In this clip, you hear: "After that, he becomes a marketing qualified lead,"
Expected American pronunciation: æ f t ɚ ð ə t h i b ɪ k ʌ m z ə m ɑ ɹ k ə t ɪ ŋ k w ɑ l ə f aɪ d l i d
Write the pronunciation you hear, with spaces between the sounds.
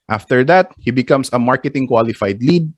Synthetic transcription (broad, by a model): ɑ f t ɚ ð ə t h i b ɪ k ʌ m s ə m ɑ ɹ k ə t ɪ ŋ k w ɑ l ə f aɪ d l i d